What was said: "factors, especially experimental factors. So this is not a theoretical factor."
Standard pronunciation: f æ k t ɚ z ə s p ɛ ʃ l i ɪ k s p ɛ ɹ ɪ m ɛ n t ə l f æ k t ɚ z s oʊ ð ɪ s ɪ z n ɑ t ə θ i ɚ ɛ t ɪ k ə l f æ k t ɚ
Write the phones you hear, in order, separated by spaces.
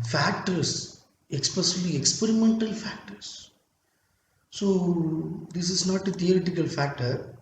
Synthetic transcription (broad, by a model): f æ k t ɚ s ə s p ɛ s l i ɪ k s p ɛ ɹ ɪ m ɛ n t ə l f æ k t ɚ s s oʊ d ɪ s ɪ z n ɑ t ə t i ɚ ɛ t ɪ k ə l f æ k t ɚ